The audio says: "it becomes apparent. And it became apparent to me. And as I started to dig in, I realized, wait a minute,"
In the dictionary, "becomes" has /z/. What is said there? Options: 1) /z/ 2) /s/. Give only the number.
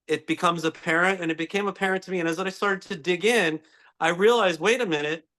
1